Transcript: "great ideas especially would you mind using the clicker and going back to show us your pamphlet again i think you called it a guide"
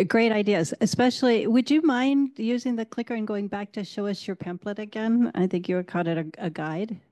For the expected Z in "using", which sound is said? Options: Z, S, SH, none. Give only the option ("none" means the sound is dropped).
Z